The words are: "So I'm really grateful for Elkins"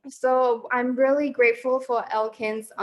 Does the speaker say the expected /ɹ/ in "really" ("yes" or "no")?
yes